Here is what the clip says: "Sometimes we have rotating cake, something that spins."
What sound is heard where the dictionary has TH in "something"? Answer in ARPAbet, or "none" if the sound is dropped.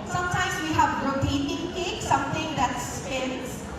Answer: T